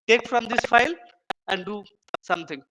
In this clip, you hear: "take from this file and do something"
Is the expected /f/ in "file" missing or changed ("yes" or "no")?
no